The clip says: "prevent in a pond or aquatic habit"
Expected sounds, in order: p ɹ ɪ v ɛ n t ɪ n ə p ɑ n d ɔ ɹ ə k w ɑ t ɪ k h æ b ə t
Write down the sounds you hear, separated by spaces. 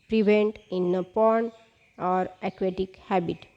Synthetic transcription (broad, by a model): p ɹ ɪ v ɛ n t ɪ n ə p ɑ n ɔ ɹ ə k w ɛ t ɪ k h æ b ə t